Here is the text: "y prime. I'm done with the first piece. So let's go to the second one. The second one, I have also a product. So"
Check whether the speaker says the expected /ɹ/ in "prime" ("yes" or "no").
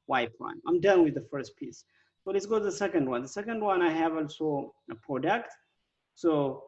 no